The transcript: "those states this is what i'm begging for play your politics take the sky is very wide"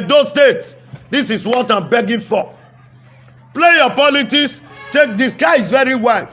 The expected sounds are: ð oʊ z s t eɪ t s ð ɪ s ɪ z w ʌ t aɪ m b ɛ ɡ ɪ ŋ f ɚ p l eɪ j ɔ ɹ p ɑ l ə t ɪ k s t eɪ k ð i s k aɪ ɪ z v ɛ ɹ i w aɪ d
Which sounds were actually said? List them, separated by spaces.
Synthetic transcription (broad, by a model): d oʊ s t eɪ t s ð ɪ s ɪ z w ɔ t aɪ m b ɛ ɡ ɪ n f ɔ p l eɪ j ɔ p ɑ l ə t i s t eɪ k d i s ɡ aɪ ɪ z v ɛ ɹ i w aɪ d